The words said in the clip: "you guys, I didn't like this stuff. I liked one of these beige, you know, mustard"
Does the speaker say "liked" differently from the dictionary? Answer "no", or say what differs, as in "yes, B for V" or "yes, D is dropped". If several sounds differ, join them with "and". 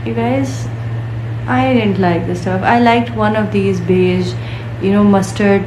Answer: no